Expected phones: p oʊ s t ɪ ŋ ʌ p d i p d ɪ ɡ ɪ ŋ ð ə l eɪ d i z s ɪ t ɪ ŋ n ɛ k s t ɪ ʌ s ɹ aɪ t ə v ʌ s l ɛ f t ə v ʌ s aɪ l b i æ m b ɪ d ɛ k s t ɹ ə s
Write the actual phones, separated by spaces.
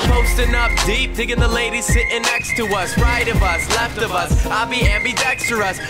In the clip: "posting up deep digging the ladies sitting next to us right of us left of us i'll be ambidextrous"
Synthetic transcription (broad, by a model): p oʊ s t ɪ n ʌ f d i p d ɪ ɡ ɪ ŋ ð ə l eɪ d i z s ɪ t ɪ n ɛ k s t ɪ ʌ s ɹ aɪ t ə v ʌ s l ɛ f t ə v ʌ s aɪ l b i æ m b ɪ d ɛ k s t ɹ ə s